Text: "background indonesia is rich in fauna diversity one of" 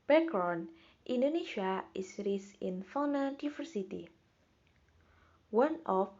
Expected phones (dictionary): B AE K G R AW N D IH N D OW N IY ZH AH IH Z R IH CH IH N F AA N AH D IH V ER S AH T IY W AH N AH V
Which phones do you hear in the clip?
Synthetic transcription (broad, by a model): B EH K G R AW N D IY N D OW N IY SH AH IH S R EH S IH N F AA N AH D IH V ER S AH T IY W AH N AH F